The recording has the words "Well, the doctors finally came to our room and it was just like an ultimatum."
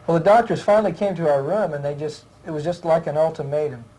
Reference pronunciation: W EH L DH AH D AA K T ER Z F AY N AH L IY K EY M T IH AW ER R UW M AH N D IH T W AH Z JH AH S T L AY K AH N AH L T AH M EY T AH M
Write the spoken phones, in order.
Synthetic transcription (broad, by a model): W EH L DH AH D AA K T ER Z F AY N L IY K EY M T IH AW ER R UW M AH N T IH T W AH Z JH AH S T L AY K AH N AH L T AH M EY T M